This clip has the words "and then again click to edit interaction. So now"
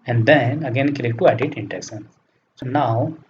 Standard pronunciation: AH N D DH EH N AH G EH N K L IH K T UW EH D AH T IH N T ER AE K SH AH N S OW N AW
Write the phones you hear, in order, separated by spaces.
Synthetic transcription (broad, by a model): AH N D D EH N AH G EH N K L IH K T UW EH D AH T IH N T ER K S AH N S OW N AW